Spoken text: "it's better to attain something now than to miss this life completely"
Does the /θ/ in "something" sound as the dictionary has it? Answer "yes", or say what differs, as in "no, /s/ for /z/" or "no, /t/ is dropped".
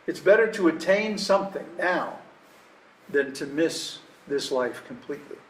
yes